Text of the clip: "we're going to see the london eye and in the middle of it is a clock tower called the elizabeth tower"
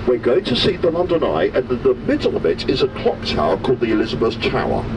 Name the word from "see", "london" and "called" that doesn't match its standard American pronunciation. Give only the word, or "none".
none